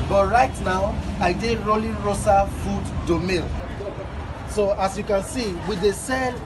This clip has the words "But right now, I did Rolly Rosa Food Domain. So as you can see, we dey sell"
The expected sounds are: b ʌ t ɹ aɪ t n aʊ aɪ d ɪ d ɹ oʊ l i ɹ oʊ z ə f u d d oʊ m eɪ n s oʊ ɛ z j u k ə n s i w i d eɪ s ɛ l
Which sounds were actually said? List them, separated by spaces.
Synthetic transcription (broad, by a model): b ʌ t ɹ aɪ t n aʊ aɪ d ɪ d ɹ oʊ l i ɹ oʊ s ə f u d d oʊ m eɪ l s oʊ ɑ s j u k ə n s i w i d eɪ s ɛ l